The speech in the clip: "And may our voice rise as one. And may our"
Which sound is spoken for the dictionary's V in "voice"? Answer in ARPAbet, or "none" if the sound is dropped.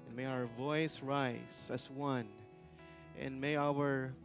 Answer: V